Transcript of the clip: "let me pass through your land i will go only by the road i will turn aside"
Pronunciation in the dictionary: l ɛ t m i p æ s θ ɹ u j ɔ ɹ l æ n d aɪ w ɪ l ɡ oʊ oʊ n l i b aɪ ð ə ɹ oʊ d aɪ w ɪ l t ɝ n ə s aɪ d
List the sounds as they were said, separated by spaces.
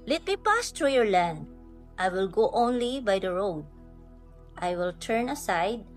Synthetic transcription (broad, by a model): l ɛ t m i p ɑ s t ɹ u j ɔ ɹ l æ n d aɪ w ɪ l ɡ oʊ oʊ n l i b aɪ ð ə ɹ oʊ d aɪ w ɪ l t ɝ n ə s aɪ d